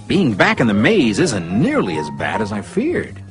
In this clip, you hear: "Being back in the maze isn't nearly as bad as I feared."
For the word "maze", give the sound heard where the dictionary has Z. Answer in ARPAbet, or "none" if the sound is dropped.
Z